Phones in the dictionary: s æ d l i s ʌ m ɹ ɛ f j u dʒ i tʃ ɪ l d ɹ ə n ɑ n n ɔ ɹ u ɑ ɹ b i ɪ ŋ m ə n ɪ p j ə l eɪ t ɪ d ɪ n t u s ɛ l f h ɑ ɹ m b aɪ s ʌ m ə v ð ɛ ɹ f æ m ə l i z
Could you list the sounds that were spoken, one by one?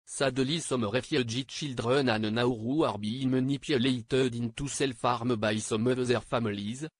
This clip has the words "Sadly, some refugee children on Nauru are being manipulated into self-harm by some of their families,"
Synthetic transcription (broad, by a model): s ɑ d l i s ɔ m ɹ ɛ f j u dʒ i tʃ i l d ɹ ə n ɑ n n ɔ ɹ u ɑ ɹ b i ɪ m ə n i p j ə l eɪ t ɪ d ɪ n t u s ɛ l f ɑ ɹ m b aɪ s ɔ m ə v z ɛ ɹ f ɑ m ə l i z